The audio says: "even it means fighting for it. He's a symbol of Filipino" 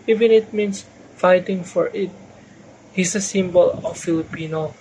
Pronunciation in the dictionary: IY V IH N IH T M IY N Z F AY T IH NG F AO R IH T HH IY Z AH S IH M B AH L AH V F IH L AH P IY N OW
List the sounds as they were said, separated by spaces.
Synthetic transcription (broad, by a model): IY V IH N IH T M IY N S F AY T IH NG F AO R IH T HH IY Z AH S IH M B AH L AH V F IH L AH P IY N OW